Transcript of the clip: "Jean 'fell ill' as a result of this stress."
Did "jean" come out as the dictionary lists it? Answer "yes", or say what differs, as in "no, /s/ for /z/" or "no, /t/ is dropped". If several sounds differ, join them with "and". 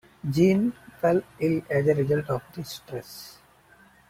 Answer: yes